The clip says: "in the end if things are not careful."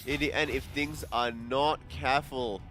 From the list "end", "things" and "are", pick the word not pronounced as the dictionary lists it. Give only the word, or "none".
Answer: end